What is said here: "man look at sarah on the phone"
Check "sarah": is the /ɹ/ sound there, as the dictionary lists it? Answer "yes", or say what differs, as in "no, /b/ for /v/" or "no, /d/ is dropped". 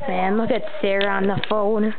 yes